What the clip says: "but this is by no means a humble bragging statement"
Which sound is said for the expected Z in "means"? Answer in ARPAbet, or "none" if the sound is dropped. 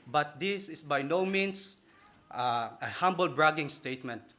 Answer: S